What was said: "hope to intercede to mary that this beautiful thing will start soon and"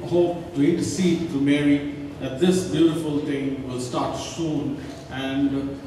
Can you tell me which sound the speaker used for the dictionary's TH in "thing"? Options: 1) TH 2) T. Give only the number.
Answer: 2